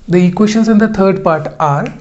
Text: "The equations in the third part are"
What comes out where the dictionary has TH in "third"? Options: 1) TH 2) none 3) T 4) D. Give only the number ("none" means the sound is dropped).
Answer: 3